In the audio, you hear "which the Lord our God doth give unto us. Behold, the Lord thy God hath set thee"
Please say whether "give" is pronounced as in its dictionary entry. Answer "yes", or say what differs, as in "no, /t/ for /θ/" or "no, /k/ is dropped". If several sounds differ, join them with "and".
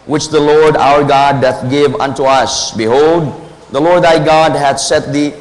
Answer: yes